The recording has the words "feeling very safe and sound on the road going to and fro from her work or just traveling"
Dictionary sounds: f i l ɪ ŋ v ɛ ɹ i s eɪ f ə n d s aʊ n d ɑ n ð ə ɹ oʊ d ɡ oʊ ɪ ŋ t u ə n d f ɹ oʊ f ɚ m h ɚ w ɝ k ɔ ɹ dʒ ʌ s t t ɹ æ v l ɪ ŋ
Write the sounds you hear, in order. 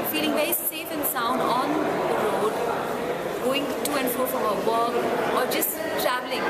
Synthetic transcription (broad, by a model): f i l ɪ ŋ v ɛ ɹ i s eɪ f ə n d s aʊ n d ɑ n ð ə ɹ oʊ d ɡ oʊ ɪ ŋ t u ə n d f ɹ oʊ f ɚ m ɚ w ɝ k ɔ ɹ dʒ ʌ s t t ɹ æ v l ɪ ŋ